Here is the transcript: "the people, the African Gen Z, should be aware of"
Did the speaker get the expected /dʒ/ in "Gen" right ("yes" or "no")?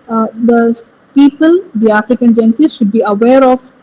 yes